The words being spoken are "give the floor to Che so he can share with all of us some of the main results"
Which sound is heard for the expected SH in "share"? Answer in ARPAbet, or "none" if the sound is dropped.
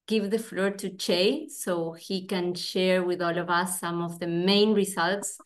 SH